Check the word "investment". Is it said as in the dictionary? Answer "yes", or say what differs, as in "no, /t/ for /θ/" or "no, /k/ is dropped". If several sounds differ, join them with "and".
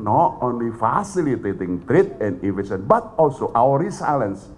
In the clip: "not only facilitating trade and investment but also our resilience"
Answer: no, /n/ is dropped and /m/ is dropped